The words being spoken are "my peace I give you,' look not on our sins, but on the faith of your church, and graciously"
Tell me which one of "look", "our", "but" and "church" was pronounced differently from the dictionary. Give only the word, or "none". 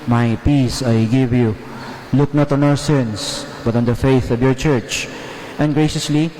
none